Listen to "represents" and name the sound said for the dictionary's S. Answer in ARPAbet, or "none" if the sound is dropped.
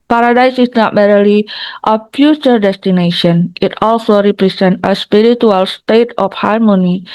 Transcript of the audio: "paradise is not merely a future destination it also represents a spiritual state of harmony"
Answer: none